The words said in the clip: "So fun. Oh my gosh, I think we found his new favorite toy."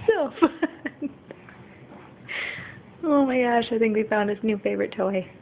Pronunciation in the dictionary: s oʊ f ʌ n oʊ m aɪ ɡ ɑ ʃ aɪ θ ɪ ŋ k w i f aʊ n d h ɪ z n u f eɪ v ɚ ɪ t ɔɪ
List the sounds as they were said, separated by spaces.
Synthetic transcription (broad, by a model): s oʊ f ʌ n oʊ m aɪ ɡ ɑ ʃ aɪ θ ɪ ŋ k w i f aʊ n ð ɪ s n u f eɪ v ɚ ɪ t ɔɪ